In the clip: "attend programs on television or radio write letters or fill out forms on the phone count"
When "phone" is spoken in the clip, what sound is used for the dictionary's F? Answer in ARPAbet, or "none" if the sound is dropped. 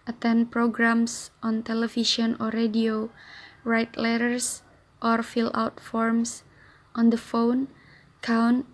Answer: F